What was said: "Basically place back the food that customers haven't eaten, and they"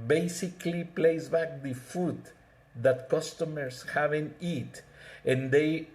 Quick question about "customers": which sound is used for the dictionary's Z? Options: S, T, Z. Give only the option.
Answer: S